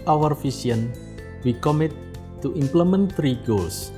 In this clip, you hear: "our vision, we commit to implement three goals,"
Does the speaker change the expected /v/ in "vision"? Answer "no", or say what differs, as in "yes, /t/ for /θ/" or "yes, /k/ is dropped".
yes, /f/ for /v/